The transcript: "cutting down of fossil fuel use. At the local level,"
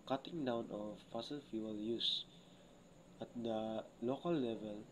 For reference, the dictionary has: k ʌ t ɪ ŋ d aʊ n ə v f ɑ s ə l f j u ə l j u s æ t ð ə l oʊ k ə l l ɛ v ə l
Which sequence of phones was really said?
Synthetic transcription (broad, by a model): k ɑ t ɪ ŋ d aʊ n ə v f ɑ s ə l f j u ə l j u s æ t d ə l oʊ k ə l l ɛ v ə l